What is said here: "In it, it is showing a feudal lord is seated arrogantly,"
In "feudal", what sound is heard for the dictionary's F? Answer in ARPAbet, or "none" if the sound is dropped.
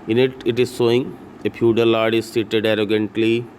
P